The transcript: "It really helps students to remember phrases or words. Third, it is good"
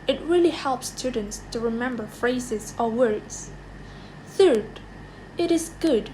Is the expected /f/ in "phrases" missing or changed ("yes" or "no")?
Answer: no